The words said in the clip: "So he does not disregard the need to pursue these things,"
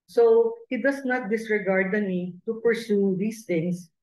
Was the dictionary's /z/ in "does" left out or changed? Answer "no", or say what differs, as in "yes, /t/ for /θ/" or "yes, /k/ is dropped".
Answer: yes, /s/ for /z/